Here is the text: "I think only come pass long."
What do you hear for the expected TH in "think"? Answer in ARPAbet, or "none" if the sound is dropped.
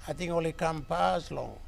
T